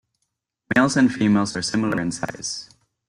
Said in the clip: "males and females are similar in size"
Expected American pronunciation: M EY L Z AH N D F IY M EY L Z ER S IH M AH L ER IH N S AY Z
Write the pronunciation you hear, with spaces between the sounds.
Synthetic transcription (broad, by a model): M EY L Z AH N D F IY M EY L Z ER S IH M L ER IH N S AY Z